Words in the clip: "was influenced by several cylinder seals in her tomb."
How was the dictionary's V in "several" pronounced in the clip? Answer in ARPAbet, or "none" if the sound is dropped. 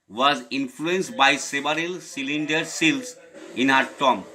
B